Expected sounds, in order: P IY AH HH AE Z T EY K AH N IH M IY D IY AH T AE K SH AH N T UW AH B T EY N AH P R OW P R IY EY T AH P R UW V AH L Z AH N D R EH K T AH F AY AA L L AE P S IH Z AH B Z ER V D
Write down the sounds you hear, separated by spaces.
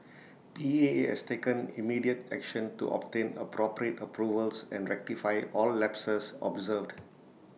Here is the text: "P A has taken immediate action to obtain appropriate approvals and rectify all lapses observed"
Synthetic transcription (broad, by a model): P IY AH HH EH S T EY K AH N IH M IY D IY AH T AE K SH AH N T UW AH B T EY N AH P R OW P R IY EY T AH P R UW V AH L S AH N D R EH K T AH F AY AA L L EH P S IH S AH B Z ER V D